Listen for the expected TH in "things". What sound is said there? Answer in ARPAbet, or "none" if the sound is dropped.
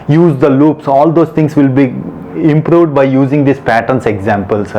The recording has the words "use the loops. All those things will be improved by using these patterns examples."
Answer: T